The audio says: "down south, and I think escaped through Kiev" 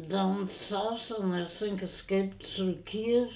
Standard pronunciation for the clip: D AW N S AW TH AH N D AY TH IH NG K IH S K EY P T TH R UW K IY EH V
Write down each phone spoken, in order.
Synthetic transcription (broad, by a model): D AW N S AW S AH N AY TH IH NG K IH S K EY P T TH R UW K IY